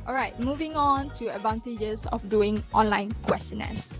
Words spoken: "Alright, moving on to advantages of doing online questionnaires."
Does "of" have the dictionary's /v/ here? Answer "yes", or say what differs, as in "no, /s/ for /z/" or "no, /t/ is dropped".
no, /f/ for /v/